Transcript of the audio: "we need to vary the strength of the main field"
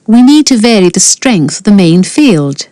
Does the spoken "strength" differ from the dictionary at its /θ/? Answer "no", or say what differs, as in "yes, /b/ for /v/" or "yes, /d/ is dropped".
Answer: no